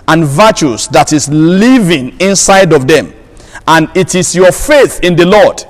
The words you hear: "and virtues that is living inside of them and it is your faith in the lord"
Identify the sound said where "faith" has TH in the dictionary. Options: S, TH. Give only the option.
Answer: TH